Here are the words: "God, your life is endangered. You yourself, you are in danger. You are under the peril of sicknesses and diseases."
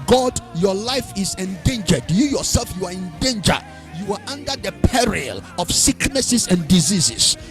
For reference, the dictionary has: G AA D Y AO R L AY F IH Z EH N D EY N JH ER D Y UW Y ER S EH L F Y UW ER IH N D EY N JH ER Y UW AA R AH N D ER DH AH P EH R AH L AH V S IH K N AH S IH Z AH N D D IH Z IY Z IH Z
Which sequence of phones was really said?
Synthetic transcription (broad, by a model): G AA D Y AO L AY F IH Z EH N D EY N JH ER D Y UW Y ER S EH L F Y UW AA IH N D EY N JH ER Y UW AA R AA N D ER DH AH P EH R AH L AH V S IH K N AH S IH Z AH N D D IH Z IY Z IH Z